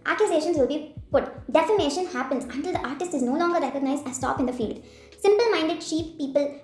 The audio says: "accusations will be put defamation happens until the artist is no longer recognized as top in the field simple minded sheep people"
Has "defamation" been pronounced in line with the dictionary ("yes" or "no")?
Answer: yes